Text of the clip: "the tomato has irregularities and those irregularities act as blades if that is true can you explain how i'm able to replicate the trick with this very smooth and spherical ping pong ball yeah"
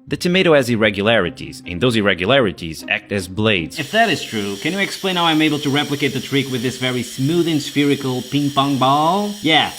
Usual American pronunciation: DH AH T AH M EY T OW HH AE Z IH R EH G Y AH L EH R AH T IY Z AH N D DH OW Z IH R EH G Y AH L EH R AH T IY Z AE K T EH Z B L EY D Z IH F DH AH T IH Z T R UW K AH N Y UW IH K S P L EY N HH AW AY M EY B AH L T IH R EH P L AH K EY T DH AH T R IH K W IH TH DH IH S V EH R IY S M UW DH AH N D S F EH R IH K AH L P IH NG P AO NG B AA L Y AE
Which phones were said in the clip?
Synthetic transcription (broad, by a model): DH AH T AH M EY T OW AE Z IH R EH G Y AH L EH R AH T IY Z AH N DH OW Z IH R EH G Y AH L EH R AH T IY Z AE K T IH Z B L EY D Z IH F DH AH T IH Z T R UW K AH N Y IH IH K S P L EY N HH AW AY M EY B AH L T IH R EH P L AH K EY T DH AH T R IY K W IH DH IH S V EH R IY S M UW DH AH N S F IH R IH K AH L P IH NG P AO NG B AA L Y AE